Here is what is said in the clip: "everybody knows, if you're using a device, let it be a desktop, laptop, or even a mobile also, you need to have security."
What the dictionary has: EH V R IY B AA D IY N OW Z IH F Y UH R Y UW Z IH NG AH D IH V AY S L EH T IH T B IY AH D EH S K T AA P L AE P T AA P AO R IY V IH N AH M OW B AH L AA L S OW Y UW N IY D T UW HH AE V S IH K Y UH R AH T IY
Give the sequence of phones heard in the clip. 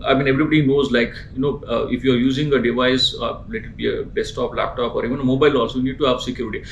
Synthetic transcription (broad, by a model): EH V R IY B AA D IY N OW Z IH F Y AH R Y UW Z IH NG AH D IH V AY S L EH T IH T B IY AH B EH S T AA P L AE P T AA P AO R IY V IH N AH M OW B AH L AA S Y UW N IY D T UW HH AE V S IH K Y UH R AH T IY